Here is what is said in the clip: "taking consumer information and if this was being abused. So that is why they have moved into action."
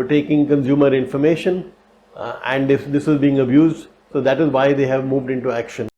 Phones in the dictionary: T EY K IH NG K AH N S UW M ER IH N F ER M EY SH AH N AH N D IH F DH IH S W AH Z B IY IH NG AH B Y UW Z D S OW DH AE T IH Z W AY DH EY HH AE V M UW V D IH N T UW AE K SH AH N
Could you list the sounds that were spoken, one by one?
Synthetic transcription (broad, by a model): T EY K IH NG K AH N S UW M ER IH N F ER M EY SH AH N AH N D IH F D IH S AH Z B IY IH NG AH B Y UW Z D S OW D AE T IH Z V AY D EY HH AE V M UW V D IH N T UW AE K SH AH N